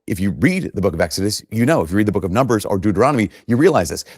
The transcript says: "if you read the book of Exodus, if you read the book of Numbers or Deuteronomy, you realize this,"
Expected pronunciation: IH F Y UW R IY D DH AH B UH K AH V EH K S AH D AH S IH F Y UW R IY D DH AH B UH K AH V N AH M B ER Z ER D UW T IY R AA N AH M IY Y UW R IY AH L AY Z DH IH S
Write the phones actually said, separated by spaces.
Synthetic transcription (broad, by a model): IH F Y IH R IY D DH AH B UH K AH V EH K S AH D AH S IH F Y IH R IY D DH AH B UH K AH V N AH M B ER Z ER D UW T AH R AA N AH M IY Y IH R IY AH L AY Z DH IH S